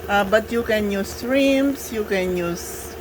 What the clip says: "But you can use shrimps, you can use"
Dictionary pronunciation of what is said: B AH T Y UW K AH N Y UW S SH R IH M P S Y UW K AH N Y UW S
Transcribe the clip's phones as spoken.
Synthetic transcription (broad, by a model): B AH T Y UW K AH N Y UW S R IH M S Y UW K AH N Y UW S